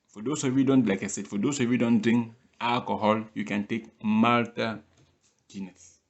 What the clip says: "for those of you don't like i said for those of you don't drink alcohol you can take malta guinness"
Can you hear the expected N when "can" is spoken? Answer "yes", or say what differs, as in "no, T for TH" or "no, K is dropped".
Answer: yes